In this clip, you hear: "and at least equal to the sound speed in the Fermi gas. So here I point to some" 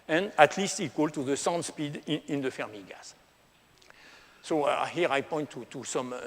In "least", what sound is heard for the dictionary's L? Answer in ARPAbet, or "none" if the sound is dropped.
L